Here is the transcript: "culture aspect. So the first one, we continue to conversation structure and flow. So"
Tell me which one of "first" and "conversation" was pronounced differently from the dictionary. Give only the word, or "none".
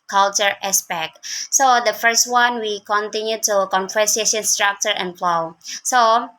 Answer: conversation